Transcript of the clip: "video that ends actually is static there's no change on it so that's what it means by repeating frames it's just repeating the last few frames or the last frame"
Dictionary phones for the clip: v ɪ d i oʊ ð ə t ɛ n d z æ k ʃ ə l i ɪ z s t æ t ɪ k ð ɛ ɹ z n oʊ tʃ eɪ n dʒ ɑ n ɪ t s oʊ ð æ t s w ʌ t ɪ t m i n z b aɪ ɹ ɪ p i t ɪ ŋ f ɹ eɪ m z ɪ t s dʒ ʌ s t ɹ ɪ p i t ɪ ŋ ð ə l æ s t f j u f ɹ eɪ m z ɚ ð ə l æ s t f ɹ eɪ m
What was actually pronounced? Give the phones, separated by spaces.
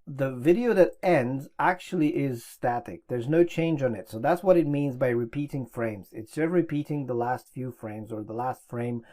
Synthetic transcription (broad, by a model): v ɪ d i oʊ ð ə t ɛ n d z æ k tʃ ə l i ɪ z s t æ t ɪ k ð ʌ ɹ z n oʊ tʃ eɪ n dʒ n ɪ t s oʊ ð æ t s w ʌ t ɪ t m i n z b aɪ ɹ ɪ p i t ɪ ŋ f ɹ eɪ m z ɪ t s dʒ ʌ s t ɹ ɪ p i t ɪ ŋ ð ə l æ s t f j u f ɹ eɪ m z ɚ ð ə l æ s t f ɹ eɪ m